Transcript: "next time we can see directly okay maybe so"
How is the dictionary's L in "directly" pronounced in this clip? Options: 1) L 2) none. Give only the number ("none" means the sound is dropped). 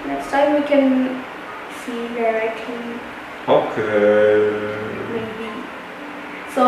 2